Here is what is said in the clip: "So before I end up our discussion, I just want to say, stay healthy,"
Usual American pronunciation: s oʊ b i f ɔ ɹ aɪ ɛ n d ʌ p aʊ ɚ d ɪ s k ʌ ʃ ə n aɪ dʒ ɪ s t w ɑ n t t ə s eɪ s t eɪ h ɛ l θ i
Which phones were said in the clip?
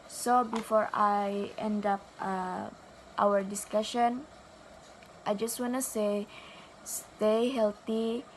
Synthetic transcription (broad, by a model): s oʊ b i f ɔ ɹ aɪ ɛ n d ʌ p aʊ ɚ d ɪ s k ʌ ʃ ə n aɪ dʒ ɪ s t w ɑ n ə s eɪ s t eɪ h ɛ l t i